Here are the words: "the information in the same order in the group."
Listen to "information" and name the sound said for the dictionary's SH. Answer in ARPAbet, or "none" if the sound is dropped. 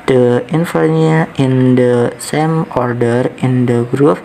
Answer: none